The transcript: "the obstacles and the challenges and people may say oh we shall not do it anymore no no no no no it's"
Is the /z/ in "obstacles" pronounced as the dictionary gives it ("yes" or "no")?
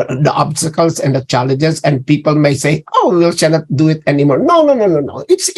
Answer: no